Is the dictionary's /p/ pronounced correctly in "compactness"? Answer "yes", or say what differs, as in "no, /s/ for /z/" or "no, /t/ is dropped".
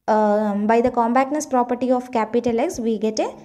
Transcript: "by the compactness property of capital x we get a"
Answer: no, /b/ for /p/